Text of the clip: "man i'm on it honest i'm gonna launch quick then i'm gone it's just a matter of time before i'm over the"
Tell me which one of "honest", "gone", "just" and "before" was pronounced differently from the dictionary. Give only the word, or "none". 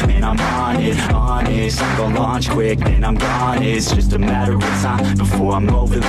honest